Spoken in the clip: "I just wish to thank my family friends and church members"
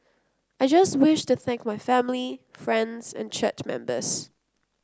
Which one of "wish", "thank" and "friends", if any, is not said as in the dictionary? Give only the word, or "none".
none